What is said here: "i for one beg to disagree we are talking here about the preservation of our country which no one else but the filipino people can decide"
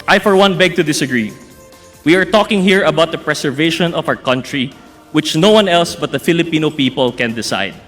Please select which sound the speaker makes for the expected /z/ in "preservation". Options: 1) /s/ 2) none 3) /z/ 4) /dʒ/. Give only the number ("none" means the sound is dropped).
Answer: 1